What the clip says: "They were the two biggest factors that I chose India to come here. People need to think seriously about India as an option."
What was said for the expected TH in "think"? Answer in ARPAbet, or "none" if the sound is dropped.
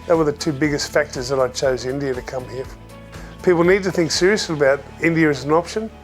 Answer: TH